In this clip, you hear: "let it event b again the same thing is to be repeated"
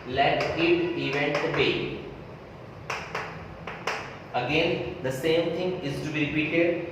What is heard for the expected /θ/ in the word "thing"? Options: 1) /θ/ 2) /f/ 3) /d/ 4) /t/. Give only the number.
4